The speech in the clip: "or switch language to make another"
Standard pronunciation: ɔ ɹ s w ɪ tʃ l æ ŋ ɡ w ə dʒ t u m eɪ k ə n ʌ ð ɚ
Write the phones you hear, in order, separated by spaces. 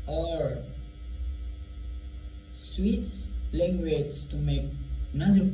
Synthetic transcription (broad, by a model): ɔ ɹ s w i s l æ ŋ ɡ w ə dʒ t u m eɪ k n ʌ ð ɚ